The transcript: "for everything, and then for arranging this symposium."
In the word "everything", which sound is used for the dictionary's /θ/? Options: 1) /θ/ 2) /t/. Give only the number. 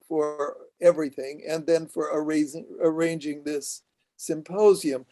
1